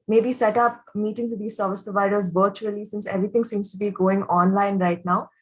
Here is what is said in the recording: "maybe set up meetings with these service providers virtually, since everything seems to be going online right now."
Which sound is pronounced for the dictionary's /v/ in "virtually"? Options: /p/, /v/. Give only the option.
/v/